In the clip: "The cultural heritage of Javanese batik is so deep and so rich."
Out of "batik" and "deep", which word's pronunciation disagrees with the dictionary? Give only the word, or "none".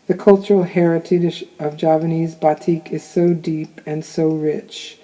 none